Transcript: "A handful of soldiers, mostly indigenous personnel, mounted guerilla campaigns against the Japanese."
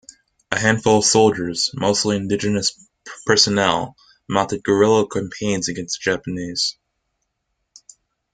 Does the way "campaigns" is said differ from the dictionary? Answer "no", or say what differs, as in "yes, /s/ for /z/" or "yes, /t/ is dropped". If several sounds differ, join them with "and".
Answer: no